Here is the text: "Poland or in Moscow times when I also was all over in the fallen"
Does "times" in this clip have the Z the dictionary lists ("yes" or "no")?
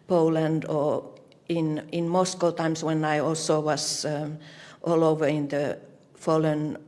no